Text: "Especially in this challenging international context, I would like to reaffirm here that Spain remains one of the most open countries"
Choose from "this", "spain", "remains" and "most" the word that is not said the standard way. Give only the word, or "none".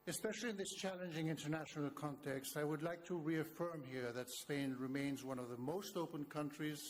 none